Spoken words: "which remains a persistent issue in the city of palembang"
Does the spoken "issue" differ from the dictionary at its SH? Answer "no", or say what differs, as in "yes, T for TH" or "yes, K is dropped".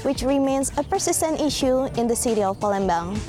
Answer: no